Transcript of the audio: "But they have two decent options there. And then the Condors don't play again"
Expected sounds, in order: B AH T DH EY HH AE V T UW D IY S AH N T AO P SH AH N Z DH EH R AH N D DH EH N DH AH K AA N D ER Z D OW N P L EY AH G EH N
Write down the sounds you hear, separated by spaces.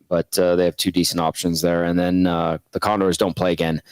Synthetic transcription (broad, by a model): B AH T DH EY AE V T UW D IY S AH N T AO P SH AH N Z DH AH R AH N DH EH N DH AH K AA N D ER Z D OW N P L EY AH G EH N